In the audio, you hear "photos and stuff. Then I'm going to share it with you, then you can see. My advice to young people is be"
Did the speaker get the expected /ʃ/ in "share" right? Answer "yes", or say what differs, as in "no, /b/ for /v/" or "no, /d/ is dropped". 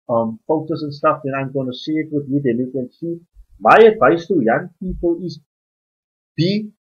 no, /s/ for /ʃ/